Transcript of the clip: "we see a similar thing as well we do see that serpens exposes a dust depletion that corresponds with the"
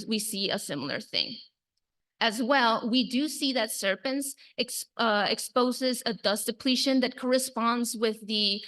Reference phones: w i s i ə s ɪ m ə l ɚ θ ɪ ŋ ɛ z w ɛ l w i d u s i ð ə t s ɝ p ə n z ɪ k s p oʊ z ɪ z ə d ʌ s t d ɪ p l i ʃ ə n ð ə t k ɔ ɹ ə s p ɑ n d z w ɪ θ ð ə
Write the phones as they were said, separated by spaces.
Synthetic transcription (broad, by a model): w i s i ə s ɪ m l ɚ θ ɪ ŋ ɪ z w ɛ l w i d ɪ s i ð ə t s ɝ p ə n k ɪ k s p oʊ z ɪ z ə d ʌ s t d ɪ p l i ʃ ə n ð ə t k ɔ ɹ ə s p ɑ n d z w ɪ ð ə